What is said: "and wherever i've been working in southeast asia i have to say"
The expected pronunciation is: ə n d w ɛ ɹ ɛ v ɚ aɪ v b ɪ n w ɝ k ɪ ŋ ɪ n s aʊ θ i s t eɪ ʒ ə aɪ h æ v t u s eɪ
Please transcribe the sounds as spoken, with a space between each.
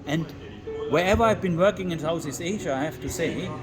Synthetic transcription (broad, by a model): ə n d w ɛ ɹ ɛ v ɚ aɪ v b ɪ n w ɝ k ɪ ŋ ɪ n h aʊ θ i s eɪ ʒ ə aɪ h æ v t u s eɪ